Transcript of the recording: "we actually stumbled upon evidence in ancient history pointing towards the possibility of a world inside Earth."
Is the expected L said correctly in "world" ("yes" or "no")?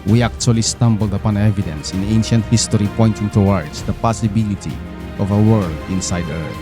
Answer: no